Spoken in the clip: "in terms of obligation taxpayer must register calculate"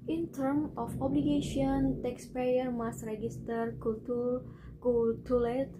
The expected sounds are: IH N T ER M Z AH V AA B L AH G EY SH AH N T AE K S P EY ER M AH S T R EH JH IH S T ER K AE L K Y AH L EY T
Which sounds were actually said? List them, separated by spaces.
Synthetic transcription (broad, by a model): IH N T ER M AH F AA B L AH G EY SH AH N T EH K S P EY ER M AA S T R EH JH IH S T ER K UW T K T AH L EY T